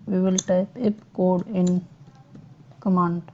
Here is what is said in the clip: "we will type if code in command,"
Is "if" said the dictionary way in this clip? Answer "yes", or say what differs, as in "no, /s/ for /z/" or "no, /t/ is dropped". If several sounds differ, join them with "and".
no, /p/ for /f/